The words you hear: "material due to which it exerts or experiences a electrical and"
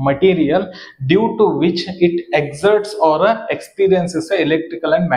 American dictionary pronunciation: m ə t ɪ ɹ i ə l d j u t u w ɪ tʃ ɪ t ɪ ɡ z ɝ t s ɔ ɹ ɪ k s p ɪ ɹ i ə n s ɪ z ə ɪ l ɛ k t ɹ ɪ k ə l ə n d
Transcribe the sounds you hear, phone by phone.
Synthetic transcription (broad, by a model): m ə t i ɹ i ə l d j u t u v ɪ tʃ ɪ t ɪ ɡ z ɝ t s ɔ ɹ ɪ k s p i ɹ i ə n s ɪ s ə ɪ l ɛ k t ɹ ɪ k ə l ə n d